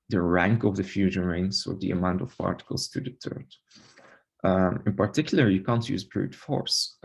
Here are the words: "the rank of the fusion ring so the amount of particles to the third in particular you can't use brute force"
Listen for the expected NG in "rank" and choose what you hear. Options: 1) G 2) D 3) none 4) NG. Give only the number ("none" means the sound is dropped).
4